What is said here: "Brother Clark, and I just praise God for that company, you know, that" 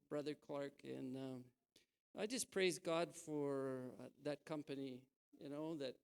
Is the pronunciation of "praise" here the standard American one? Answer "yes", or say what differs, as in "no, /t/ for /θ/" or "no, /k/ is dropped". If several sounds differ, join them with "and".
yes